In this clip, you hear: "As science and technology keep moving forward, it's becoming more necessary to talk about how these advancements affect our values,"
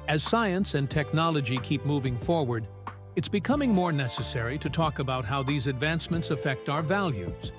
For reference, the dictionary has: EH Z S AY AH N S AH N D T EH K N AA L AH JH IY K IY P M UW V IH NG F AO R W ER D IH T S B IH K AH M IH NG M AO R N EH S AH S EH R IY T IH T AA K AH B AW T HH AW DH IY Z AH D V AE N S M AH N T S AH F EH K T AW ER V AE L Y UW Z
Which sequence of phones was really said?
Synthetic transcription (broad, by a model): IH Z S AY AH N S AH N T EH K N AA L AH JH IY K IY P M UW V IH NG F AO R W ER D IH T S B IH K AH M IH NG M AO R N EH S AH S EH R IY T IH T AA K AH B AW T HH AW DH IY Z AH D V AE N S M AH N T S AH F EH K T AW ER V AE L Y UW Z